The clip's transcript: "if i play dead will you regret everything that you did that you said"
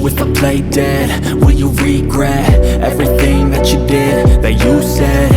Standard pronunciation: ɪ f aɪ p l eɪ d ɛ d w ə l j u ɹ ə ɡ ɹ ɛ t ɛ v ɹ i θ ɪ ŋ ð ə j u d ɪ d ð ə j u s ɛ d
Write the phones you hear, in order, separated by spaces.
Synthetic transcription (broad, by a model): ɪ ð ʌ p l eɪ d ɛ d w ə n j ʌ ɹ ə ɡ ɹ ɛ t ɛ v ɹ i θ ɪ ŋ ð ə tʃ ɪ d ɪ d ð ə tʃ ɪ s ɛ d